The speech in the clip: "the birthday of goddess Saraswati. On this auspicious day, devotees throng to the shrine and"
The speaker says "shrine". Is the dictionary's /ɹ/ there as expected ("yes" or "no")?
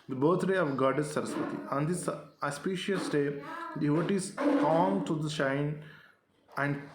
no